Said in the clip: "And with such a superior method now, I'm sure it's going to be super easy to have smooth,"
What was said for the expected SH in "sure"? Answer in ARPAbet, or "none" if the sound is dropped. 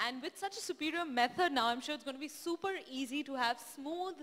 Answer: SH